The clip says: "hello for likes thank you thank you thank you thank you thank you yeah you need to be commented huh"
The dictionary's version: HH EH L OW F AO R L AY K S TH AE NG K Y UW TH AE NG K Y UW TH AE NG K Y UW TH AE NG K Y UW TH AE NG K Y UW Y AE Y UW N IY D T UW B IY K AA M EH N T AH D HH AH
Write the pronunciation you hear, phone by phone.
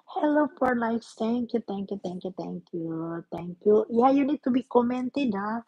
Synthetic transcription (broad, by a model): HH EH L OW F AO R N AY S T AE NG K Y UW T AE NG K Y UW T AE NG K Y UW T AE NG K Y UW T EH NG K Y UW Y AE Y UW N IY D T UW B IY K AA M EH N T AH D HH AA